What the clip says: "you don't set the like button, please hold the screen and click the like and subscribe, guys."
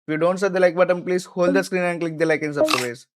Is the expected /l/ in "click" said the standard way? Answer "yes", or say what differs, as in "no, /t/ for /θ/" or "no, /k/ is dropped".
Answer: yes